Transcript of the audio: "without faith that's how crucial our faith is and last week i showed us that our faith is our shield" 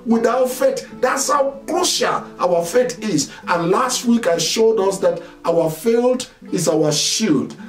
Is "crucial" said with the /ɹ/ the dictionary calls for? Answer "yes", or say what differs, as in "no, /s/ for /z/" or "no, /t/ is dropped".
no, /l/ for /ɹ/